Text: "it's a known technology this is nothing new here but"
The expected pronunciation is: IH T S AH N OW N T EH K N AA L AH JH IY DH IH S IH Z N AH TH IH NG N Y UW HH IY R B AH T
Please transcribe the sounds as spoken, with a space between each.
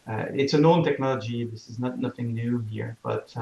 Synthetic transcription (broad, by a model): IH T S AH N OW N T EH K N AA L AH JH IY DH IH S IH Z N AH TH IH NG N Y UW HH IY R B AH T